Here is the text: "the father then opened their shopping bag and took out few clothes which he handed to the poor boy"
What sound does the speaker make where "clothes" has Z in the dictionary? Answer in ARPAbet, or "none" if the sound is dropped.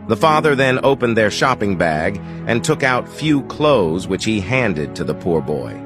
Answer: Z